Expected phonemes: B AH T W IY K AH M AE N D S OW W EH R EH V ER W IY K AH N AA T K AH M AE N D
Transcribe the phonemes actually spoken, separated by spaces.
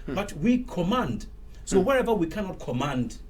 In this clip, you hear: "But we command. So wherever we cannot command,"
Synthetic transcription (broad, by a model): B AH T W IY K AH M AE N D S OW W EH R EH V ER W IY K AH N AA T K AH M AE N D